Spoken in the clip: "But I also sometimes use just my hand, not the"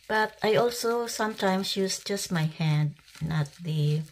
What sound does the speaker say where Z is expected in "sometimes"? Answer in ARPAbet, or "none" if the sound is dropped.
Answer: S